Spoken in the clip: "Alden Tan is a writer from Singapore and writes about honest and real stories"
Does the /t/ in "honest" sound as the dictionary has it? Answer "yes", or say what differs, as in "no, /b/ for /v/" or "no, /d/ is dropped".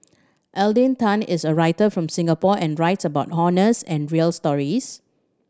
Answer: no, /t/ is dropped